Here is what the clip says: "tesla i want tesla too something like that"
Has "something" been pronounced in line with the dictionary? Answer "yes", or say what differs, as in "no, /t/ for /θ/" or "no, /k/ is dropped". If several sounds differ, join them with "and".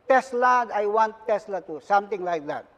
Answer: no, /t/ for /θ/